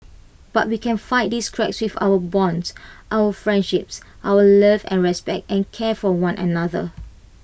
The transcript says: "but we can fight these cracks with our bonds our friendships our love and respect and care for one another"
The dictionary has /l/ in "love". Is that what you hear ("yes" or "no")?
yes